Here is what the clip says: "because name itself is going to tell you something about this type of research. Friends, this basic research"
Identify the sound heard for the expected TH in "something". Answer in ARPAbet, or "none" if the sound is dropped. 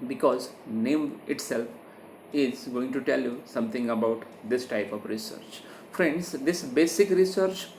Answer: T